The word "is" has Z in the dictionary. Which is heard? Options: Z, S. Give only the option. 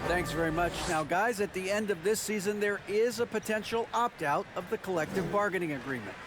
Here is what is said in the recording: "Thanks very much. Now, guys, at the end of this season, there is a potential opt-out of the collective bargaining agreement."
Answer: Z